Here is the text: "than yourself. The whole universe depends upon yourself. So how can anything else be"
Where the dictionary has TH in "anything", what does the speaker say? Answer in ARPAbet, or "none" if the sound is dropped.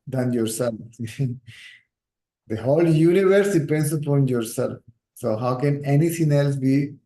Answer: T